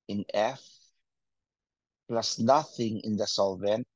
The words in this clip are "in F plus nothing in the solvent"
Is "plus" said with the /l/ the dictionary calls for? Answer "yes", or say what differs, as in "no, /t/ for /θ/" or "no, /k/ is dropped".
yes